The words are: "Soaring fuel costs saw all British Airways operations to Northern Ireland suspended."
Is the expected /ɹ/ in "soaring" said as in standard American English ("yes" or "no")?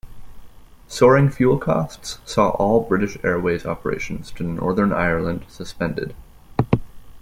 yes